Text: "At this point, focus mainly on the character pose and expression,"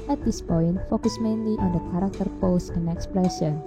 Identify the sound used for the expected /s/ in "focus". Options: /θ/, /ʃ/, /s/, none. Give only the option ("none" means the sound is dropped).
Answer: /s/